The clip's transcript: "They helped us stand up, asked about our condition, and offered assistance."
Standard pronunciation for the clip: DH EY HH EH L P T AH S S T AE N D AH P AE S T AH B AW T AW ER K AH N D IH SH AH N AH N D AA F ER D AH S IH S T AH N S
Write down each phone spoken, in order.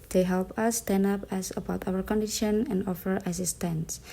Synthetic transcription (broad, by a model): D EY HH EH L P AH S S T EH N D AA P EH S AH B AW T AW ER K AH N D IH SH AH N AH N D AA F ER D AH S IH S T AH N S